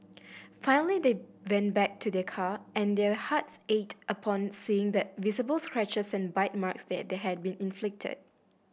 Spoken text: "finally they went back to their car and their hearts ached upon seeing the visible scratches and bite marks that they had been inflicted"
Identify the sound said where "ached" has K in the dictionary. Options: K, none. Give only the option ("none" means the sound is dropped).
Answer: none